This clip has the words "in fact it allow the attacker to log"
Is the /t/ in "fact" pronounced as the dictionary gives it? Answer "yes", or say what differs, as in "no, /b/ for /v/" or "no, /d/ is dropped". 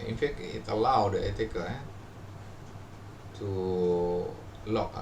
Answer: no, /t/ is dropped